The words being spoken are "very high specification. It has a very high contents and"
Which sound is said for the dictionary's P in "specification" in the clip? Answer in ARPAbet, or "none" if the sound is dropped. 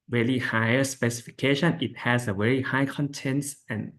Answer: P